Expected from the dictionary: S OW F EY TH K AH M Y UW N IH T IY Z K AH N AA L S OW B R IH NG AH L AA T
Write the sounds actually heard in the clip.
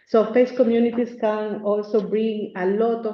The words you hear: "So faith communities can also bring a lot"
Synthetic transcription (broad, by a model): S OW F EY S K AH M Y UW N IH T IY S K AH N AA L S OW B R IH NG AH L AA T